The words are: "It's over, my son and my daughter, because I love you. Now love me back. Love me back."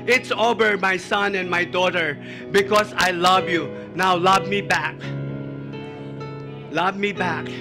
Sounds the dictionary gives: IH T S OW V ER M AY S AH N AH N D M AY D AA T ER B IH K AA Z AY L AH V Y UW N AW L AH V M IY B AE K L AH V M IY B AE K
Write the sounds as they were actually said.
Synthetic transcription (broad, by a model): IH T S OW B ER M AY S AH N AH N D M AY D AA T ER B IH K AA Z AY L AH V Y UW N AW L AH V M IY B AE K L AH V M IY B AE K